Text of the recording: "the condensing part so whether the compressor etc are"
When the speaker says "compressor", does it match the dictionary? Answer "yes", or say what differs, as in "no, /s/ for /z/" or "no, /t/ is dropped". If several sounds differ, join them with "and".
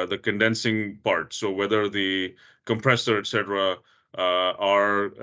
yes